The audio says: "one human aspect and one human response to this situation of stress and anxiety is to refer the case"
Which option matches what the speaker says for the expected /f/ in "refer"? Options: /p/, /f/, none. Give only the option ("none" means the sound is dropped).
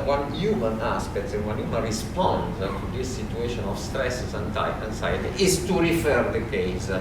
/f/